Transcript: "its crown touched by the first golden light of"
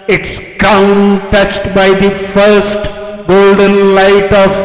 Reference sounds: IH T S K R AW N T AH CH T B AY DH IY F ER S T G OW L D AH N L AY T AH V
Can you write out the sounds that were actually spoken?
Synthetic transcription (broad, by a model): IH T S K AW N T AH CH T B AY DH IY F ER S T G OW L D AH N L AY T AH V